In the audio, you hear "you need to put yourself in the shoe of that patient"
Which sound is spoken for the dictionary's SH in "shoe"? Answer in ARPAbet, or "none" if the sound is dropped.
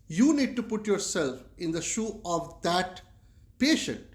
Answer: SH